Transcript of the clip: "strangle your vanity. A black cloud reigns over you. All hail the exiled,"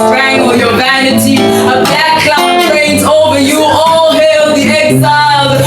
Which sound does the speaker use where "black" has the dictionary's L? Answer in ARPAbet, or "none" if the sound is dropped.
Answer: none